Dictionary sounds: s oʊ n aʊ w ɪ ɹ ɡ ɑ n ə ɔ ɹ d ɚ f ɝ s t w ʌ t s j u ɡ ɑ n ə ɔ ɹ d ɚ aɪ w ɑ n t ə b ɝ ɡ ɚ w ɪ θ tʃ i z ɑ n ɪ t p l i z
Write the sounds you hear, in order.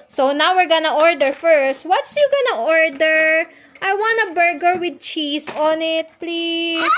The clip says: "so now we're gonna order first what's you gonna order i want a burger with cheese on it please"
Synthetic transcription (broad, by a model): s oʊ n aʊ w ɪ ɹ ɡ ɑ n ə ɔ ɹ d ɚ f ɝ s t w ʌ t s j u ɡ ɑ n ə ɔ ɹ d ɚ aɪ w ɑ n t ə b ɝ ɡ ɚ w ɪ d tʃ i s ɑ n ɪ t p l i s